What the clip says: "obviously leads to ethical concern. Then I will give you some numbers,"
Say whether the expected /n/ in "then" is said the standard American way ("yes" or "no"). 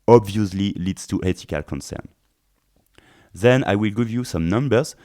yes